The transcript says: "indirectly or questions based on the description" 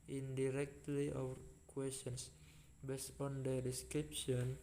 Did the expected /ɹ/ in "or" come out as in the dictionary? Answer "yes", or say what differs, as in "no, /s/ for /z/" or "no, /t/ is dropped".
no, /w/ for /ɹ/